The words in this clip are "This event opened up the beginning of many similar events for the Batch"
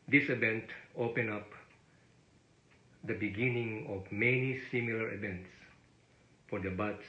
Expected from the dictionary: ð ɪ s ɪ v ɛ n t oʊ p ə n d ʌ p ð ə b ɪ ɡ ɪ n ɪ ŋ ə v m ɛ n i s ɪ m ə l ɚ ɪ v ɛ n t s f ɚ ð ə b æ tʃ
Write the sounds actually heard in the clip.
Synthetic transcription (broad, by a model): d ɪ s ɪ v ɛ n t oʊ p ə n ɑ p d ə b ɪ ɡ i n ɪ ŋ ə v m ɛ n i s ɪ m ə l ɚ ɪ v ɛ n t s f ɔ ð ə b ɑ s